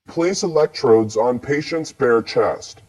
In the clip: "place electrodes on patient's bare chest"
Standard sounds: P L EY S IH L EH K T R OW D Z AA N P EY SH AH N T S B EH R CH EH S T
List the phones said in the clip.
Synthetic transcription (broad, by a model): P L EY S IH L EH K T R OW D Z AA N P EY SH AH N T S B EH R CH EH S T